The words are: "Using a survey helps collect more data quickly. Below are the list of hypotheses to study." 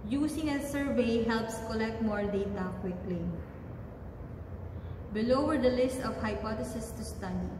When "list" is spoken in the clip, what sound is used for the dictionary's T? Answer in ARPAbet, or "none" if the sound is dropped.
T